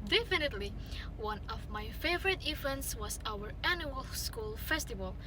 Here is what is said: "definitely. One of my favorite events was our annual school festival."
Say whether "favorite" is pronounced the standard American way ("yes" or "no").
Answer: yes